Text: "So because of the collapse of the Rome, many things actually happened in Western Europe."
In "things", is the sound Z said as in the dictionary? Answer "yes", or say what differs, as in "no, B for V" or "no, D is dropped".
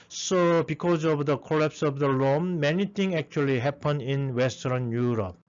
no, Z is dropped